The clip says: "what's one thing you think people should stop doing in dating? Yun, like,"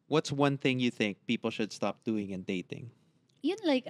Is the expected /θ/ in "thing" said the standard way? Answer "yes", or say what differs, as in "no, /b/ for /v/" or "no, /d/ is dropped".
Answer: yes